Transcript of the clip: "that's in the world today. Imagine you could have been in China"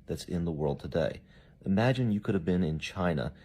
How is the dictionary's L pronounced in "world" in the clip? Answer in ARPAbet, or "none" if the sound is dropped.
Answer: L